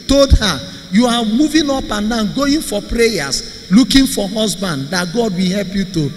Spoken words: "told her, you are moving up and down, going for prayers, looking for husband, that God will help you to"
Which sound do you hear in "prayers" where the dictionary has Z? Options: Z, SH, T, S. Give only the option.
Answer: S